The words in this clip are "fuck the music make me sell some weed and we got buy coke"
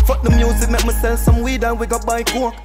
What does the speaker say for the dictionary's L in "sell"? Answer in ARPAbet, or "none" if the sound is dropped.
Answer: N